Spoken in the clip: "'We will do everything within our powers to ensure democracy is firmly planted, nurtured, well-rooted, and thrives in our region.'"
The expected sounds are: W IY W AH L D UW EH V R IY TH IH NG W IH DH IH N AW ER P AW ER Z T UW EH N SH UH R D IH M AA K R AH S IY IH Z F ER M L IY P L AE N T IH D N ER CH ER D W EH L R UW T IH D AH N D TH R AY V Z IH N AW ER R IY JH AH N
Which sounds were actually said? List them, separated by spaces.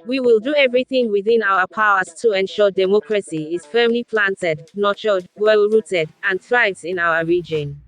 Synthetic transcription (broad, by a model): W IY W AH L D UW EH V R IY TH IH NG W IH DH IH N AW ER P AW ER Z T UW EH N SH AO D IH M AA K R AH S IY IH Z F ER M L IY P L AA N T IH D N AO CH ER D W EH L R UW T IH D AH N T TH R AY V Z IH N AW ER R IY JH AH N